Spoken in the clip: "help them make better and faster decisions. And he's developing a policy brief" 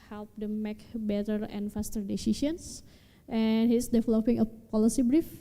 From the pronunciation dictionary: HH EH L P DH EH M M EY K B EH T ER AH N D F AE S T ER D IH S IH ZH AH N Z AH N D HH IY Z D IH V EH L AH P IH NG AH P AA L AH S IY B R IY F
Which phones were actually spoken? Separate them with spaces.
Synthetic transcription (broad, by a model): HH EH L P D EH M M EY K B EH T ER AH N F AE S T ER D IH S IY SH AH N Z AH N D HH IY S D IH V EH L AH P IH NG AH P AA L AH S IY B R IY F